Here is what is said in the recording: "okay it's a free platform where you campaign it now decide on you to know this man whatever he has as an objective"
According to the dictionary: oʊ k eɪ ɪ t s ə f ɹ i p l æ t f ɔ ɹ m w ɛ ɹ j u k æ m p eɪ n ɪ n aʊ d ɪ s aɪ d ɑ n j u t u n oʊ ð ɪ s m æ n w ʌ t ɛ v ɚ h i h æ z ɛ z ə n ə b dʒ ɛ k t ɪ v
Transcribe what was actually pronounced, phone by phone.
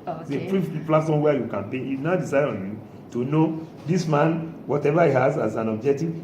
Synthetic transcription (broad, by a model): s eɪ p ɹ ə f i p l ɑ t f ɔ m w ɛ j u k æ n p eɪ ɪ n aʊ d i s aɪ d ɑ n j u t u n oʊ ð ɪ s m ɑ n w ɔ t ɛ v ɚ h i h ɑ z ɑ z ə n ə b dʒ ɛ k t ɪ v